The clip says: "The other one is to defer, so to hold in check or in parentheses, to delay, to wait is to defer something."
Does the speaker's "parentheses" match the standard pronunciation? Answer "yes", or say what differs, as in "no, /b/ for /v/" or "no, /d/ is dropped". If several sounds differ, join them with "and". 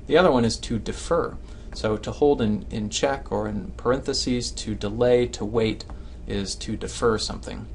yes